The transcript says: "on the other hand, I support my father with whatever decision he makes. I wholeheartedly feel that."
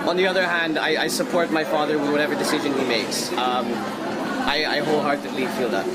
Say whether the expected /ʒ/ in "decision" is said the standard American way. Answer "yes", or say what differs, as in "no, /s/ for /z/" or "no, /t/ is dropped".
yes